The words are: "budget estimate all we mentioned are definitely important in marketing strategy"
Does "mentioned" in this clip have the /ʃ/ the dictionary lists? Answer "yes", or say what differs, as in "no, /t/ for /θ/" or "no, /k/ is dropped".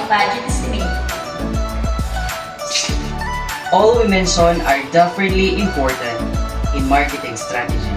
no, /s/ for /ʃ/